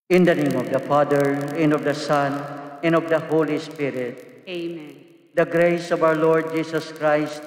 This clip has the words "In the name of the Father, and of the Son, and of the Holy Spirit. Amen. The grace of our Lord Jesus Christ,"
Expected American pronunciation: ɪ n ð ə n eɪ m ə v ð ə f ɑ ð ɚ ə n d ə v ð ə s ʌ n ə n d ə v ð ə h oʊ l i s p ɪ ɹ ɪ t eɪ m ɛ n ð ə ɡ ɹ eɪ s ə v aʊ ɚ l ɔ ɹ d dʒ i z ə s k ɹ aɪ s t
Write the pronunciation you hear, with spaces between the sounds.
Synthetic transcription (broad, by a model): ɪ n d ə n eɪ m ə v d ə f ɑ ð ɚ ə n d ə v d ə s ʌ n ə n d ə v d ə h oʊ l i s p ɪ ɹ ɪ t eɪ m ɛ n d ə ɡ ɹ eɪ s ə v aʊ ɚ l ɔ ɹ d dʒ i s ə s k ɹ aɪ s t